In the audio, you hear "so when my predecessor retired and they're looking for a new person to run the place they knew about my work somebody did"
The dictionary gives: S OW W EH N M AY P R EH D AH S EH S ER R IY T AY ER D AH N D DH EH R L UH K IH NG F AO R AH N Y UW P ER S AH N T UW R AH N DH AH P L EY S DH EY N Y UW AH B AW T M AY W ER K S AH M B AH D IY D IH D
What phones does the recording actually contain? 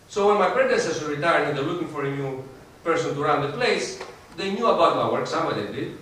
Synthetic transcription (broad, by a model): S OW W EH N M AY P R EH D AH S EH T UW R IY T AY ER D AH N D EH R L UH K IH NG F AO R AH N Y UW P ER S AH N T UW R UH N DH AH P L EY S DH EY N Y UW AH B AW T M AY W ER K S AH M AH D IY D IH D